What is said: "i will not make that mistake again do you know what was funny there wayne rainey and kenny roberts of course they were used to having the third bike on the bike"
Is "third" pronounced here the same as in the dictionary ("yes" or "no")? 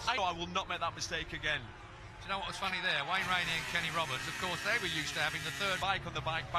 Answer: yes